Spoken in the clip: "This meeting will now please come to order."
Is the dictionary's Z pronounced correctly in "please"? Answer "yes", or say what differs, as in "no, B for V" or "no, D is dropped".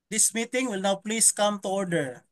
no, S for Z